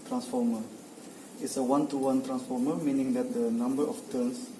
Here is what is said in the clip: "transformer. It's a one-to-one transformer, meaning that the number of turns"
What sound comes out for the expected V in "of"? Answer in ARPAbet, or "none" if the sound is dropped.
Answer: F